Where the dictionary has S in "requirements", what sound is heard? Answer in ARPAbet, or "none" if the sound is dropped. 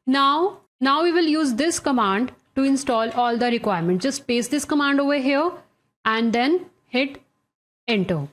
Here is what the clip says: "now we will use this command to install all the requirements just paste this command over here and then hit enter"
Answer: none